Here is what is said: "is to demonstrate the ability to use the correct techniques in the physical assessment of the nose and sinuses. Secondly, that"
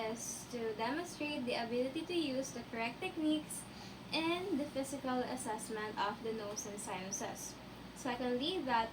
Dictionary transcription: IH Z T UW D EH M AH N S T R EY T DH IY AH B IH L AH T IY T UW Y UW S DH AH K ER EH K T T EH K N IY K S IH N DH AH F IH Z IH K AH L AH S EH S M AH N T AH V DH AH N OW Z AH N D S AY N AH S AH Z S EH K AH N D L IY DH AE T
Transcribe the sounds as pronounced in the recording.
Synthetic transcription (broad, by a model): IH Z T UW D EH M AH N S T R EY T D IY AH B IH L AH T IY T UW Y UW S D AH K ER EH K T T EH K N IY K S IH N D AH F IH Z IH K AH L AH S EH S M AH N T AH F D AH N OW S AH N S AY N S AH S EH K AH N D L IY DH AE T